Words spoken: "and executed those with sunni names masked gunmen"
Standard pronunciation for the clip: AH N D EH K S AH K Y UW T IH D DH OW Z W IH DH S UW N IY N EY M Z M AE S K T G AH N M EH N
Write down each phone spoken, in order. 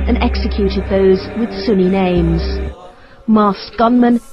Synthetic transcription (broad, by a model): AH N EH K S AH K Y UW T IH D DH OW Z W IH DH S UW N IY N EY M Z M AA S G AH N M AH N